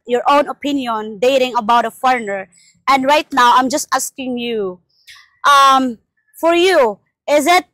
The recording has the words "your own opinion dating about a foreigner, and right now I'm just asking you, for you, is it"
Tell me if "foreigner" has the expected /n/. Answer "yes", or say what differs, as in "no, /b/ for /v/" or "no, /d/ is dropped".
yes